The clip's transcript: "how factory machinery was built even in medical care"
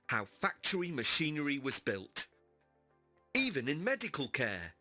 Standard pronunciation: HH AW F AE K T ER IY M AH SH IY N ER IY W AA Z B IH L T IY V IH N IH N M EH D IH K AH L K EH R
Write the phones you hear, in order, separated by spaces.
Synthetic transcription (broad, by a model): HH AW F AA K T ER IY M AH SH IY N ER IY W AA Z B IH L T IY V IH N IH N M EH D IH K AH L K EH